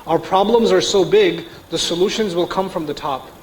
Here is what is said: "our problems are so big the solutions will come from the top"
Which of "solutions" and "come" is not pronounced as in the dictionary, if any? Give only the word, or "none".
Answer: none